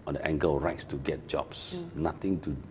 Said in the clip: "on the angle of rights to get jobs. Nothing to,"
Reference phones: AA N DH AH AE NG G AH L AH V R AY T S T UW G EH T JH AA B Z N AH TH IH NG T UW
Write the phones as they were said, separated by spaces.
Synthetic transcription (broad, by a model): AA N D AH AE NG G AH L R AY T S T UW G EH T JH AA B S N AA T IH NG T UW